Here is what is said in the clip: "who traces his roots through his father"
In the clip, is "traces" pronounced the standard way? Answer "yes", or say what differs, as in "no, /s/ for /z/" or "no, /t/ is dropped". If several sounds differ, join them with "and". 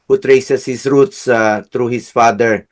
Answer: no, /s/ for /z/